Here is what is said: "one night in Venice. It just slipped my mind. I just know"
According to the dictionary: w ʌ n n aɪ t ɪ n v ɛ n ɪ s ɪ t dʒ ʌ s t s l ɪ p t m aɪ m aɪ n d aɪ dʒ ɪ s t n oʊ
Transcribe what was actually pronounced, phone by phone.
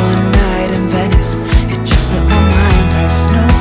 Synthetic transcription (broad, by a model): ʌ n n aɪ t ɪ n v ɛ n ɪ s ɪ t dʒ ʌ s t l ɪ t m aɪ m aɪ n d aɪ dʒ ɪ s n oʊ